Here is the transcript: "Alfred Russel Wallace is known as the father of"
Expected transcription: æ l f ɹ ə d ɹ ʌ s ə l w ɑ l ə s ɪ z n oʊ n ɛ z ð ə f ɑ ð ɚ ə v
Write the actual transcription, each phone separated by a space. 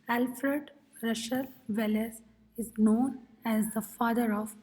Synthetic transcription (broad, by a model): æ l f ɹ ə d ɹ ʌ ʃ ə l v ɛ l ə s ɪ z n oʊ n ɛ z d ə f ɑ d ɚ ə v